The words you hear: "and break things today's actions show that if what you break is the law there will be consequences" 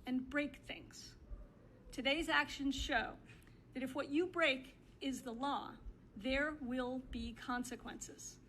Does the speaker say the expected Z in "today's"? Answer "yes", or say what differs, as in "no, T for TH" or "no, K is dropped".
yes